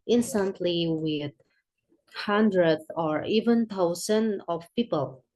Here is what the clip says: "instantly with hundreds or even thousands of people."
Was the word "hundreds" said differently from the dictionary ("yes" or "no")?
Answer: yes